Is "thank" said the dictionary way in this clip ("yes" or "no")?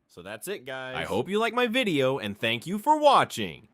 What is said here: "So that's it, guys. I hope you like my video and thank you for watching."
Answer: yes